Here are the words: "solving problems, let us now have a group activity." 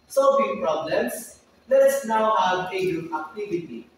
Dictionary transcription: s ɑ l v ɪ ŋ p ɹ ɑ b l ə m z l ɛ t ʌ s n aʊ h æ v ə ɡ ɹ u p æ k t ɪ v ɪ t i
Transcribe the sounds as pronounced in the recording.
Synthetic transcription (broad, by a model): s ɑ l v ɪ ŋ p ɹ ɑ b l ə m s l ɛ t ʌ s n aʊ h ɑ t ə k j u æ k t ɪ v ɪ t i